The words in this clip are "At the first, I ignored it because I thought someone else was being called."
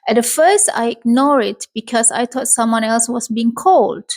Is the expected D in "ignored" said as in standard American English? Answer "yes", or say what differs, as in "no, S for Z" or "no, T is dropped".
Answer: no, D is dropped